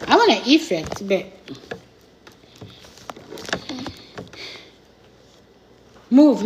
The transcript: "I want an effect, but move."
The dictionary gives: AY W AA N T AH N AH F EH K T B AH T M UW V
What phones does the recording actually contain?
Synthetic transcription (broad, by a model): AY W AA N AH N AH F EH K T B AH T M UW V